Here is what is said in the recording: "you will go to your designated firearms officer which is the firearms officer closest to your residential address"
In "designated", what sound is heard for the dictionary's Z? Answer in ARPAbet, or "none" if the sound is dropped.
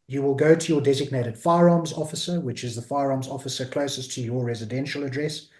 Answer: Z